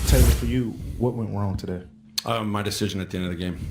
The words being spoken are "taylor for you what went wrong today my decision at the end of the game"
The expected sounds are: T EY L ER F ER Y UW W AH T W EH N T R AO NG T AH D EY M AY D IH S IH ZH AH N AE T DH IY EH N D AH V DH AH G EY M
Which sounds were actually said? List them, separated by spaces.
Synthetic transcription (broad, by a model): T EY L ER F ER Y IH W AH T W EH N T R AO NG T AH D EY M AY D IH S IH ZH AH N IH T DH IY EH N D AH DH AH G EY M